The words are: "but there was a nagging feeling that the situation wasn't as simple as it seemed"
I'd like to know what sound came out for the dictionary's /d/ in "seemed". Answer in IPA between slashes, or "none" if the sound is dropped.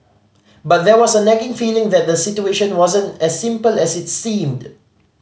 /d/